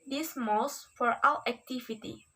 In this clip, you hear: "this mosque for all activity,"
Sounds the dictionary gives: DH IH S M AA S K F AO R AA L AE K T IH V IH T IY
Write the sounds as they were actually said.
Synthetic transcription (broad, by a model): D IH S M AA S F AO R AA W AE K T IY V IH T IY